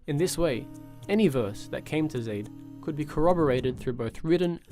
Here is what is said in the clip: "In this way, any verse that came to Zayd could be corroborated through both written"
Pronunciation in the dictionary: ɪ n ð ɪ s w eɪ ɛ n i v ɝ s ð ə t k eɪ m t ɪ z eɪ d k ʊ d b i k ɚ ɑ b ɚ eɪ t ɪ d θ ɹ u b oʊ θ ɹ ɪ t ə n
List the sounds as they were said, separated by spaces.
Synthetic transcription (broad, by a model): ɪ n ð ɪ s w eɪ ɛ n i v ɝ s ð ə t k eɪ m t ɪ z eɪ d k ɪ d b i k ɚ ɑ b ɚ eɪ t ɪ d θ ɹ u b oʊ θ ɹ ɪ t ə n